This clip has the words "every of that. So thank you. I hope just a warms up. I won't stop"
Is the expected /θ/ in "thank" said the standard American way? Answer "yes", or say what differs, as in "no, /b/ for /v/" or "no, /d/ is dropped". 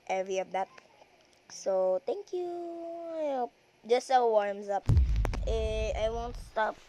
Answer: no, /t/ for /θ/